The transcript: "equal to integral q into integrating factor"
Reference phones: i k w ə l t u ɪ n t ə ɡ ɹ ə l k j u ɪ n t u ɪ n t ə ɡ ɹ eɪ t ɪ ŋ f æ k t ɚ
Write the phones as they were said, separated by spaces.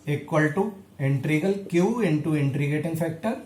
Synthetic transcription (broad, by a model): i k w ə l t u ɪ n t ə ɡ ə l k j u ɪ n t u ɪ n t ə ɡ eɪ t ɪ ŋ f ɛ k t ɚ